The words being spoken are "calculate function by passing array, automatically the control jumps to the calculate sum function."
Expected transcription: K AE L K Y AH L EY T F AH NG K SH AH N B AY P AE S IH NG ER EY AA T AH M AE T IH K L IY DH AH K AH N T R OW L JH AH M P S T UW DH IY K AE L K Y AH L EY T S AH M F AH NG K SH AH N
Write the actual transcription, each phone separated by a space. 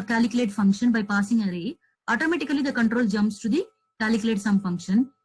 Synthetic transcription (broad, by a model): K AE L K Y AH L EY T F AH NG K SH AH N B AY P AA S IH NG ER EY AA T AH M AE T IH K L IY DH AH K AH N T R OW L JH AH M S T UW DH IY K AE L K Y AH L EY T S AH M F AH NG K SH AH N